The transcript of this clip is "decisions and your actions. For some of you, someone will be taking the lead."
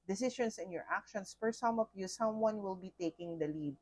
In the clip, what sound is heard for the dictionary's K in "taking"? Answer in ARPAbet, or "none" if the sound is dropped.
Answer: K